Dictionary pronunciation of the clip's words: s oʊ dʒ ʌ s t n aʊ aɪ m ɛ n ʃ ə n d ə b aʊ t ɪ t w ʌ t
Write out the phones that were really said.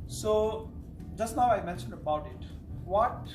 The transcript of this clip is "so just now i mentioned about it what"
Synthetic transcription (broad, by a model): s oʊ dʒ ʌ s t n aʊ aɪ m ɛ n ʃ ə n d ə b aʊ t ɪ t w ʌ t